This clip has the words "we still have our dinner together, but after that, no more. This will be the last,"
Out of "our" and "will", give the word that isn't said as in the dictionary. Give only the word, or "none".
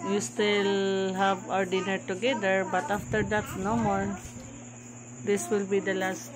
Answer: none